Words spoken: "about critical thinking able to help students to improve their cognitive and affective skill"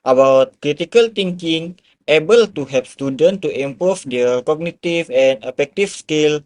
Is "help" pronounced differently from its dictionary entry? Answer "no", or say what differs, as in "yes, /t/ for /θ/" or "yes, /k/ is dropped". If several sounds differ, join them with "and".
yes, /l/ is dropped